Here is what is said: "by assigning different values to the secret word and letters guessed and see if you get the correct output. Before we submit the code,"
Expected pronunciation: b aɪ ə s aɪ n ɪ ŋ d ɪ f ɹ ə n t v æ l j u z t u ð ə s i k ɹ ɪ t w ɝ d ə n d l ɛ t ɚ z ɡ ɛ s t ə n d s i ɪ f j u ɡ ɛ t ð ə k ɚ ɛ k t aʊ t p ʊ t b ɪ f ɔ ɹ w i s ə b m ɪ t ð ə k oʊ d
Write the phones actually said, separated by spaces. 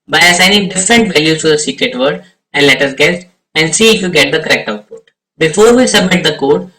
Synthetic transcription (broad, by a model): b aɪ ə s aɪ n ɪ ŋ d ɪ f ɹ ə n t v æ l j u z t u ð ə s i k ɹ ɪ t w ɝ d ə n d l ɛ t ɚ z ɡ ɛ s t ə n d s i ɪ f j u ɡ ɛ t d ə k ɚ ɛ k t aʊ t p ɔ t b ɪ f ɔ ɹ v i s ə b m ɪ t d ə k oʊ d